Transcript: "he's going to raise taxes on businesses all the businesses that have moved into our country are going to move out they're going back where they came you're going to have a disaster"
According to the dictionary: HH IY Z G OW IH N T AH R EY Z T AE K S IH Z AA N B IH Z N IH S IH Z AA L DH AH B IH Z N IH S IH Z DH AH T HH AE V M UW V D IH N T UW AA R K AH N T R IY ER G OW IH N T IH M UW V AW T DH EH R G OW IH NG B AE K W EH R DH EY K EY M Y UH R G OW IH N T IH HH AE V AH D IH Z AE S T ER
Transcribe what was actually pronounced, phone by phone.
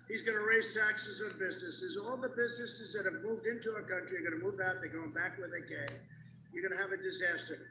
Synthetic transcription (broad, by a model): HH IY Z G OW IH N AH R EY Z T AE K S IH Z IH N B IH Z N IH S IH Z AA L DH AH B IH Z N IH S IH Z DH AH T HH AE V M UW V D IH N T UW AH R K AH N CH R IY ER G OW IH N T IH M UW V AW T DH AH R G OW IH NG B AE K W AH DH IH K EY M Y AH R G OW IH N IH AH V AH D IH Z AE S T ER